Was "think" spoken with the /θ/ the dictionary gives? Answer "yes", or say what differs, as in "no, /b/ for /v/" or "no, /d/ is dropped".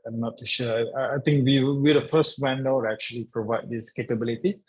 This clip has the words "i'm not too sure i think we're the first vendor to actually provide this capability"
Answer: no, /t/ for /θ/